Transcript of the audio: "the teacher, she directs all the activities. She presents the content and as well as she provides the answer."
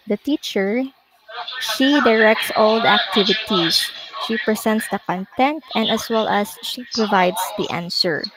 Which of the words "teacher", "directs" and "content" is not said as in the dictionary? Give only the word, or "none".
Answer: none